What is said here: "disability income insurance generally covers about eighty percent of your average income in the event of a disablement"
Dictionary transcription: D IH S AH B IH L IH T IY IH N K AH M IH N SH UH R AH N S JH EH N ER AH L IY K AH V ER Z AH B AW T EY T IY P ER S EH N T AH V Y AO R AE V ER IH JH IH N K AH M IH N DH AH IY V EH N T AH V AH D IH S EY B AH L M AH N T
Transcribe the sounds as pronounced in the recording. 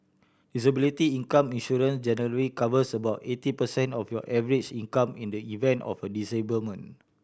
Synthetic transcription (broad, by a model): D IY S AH B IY L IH T IY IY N K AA M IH N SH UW R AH N S JH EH N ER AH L IY K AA V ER S AH B AW T EY T IY P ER S EH N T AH F Y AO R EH V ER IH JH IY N K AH M IH N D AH IY V EH N T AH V AH D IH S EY B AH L M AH N